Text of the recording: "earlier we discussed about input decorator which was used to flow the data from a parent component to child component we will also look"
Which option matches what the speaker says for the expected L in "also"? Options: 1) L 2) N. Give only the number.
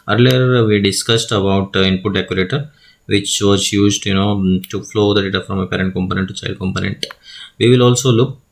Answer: 1